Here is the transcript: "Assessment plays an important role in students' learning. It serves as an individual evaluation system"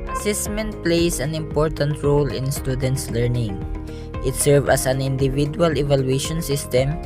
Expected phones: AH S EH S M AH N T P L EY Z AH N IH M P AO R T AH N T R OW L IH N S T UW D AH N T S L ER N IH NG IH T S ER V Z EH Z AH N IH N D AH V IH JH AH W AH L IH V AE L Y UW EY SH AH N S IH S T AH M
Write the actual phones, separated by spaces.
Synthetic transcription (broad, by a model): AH S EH S M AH N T P L EY S AH N IH M P AO R T AH N T R OW L IH N S T UW D AH N T S L ER N IH NG IH T S ER V AH S AH N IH N D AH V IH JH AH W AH L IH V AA L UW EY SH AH N S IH S T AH M